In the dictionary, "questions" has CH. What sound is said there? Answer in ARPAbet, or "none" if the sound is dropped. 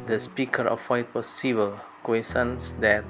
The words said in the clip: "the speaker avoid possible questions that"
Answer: none